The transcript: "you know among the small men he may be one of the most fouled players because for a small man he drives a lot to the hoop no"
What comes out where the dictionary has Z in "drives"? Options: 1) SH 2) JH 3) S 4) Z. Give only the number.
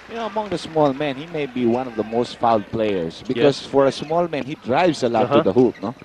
3